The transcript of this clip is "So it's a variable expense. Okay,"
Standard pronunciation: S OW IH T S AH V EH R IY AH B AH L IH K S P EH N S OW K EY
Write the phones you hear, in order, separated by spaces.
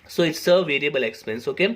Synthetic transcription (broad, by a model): S OW IH T S AH V EH R IY AH B AH L IH K S P EH N S OW K EY